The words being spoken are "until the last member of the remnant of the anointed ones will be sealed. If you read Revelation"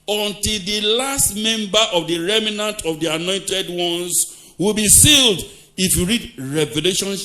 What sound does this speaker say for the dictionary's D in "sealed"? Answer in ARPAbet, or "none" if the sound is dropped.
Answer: D